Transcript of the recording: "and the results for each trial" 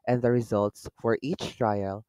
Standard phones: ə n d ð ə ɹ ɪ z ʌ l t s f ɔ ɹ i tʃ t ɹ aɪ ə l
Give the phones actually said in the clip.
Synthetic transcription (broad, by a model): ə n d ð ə ɹ ɪ z ʌ l t s f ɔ ɹ i tʃ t ɹ aɪ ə l